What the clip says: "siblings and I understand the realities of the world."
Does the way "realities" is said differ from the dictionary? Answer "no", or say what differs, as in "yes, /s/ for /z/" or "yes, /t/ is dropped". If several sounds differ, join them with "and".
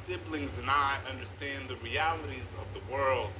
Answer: no